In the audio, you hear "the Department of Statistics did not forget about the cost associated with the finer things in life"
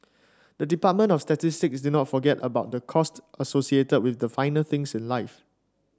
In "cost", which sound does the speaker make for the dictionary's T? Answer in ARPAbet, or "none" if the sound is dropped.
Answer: T